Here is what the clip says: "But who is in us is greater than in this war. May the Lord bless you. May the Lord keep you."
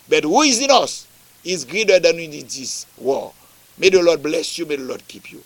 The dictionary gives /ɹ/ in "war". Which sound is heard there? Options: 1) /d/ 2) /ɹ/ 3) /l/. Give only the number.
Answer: 3